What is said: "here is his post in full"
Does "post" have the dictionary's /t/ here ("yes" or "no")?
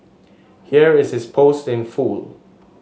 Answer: yes